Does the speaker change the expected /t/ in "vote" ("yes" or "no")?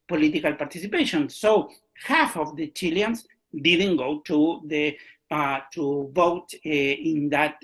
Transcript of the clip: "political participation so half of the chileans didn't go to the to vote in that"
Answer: no